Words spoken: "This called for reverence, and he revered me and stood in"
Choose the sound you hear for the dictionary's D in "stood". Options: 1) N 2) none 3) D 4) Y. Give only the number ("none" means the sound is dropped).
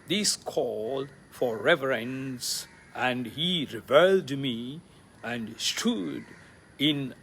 3